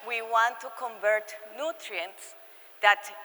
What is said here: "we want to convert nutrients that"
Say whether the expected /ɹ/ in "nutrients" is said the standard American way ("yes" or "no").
yes